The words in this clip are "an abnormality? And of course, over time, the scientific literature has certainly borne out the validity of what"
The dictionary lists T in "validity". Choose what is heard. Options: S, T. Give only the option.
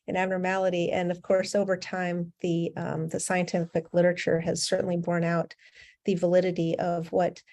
T